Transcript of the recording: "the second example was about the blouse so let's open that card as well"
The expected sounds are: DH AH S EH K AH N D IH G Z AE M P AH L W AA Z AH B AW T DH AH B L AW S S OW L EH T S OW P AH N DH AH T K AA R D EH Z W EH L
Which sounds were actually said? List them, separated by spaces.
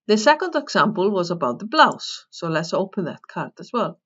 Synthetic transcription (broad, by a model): DH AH S EH K AH N D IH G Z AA M P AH L W AA Z AH B AW T DH AH B L AW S S OW L EH T S OW P AH N DH AH T K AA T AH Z W EH L